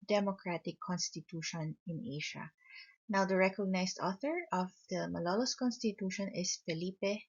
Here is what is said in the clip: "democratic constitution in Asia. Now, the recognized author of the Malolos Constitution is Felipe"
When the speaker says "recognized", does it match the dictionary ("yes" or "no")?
no